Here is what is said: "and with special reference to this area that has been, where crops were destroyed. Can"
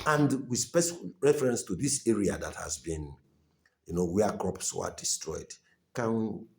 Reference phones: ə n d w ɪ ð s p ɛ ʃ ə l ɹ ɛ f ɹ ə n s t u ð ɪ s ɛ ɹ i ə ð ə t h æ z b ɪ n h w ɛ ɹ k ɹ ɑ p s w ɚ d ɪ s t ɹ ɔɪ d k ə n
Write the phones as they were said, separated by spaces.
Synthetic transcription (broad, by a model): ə n d w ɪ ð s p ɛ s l ɹ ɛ f ɹ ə n s t u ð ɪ s ɛ ɹ i ə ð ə t h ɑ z b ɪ n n w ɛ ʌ k ɹ ɑ p s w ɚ d ɪ s t ɹ ɔɪ d k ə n